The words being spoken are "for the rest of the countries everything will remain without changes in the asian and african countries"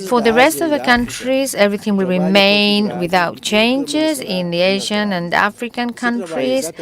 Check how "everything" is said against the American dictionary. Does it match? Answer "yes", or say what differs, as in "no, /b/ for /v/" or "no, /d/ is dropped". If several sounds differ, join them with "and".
yes